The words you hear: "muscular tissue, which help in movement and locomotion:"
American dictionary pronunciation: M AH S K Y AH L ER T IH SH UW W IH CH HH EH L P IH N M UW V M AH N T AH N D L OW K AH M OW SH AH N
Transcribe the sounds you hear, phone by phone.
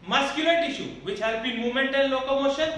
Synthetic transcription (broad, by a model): M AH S K Y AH L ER T IH SH UW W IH CH HH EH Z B IH N M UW M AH N T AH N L OW K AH M OW SH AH N